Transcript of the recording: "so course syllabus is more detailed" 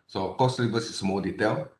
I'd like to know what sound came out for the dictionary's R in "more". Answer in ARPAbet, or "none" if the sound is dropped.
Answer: L